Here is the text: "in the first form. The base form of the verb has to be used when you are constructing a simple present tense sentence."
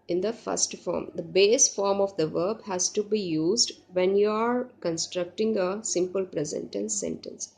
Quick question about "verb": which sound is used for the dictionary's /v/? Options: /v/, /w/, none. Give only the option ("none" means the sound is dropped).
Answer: /v/